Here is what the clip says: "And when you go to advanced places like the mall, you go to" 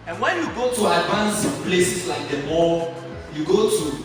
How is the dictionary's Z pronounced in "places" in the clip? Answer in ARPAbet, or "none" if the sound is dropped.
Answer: S